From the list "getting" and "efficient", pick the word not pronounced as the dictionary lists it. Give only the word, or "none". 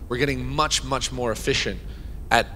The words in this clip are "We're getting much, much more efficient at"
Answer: none